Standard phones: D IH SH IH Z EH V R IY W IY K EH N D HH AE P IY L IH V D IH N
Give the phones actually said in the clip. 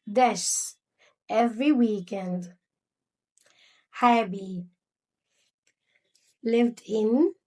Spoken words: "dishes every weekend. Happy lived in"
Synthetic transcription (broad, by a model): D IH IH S EH V R IY W IY K EH N D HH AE B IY L IH V D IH N